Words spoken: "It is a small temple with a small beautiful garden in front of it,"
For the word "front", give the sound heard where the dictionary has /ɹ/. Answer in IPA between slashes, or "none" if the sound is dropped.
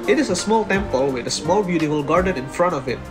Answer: /ɹ/